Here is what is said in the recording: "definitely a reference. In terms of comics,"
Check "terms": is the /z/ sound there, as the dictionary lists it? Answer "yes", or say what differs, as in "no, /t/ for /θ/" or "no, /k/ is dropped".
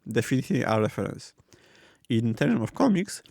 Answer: no, /z/ is dropped